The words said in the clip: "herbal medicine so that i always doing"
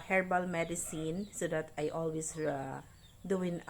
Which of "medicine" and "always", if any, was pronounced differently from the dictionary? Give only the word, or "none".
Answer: always